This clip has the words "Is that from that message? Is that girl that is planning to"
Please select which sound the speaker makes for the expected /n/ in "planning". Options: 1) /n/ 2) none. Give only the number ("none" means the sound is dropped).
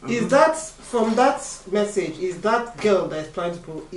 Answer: 2